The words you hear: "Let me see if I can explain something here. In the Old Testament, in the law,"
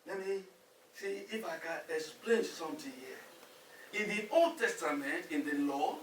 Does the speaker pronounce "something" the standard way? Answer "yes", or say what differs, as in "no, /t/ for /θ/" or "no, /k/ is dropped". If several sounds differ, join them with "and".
no, /t/ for /θ/